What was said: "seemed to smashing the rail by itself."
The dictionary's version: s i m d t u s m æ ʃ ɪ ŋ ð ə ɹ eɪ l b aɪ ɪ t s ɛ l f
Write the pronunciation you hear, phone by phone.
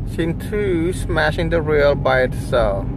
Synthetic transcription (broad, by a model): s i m t u s m æ ʃ ɪ ŋ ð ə ɹ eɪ l b aɪ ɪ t s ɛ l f